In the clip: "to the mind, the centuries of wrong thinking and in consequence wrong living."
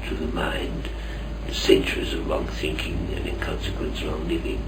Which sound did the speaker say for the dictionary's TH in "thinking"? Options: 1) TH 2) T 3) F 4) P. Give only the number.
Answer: 1